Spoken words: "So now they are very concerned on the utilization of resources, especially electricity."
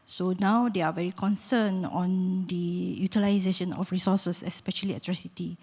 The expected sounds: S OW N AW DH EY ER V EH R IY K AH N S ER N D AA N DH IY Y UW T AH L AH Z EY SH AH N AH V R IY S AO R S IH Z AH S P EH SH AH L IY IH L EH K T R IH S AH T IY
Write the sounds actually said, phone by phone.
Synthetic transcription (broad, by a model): S OW N AW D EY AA V EH R IY K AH N S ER N AA N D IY Y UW T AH L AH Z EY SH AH N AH F R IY S AO S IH S AH S P EH SH AH L IY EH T R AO S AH T IY